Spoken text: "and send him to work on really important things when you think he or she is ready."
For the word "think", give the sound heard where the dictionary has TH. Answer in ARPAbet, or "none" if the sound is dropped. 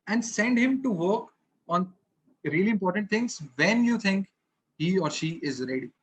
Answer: T